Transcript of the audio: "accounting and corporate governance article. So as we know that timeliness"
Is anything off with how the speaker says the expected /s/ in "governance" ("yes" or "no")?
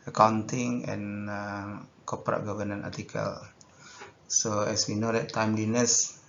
yes